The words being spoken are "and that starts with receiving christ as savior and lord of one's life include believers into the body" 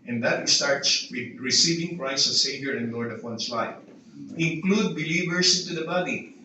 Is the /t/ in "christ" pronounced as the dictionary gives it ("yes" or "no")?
no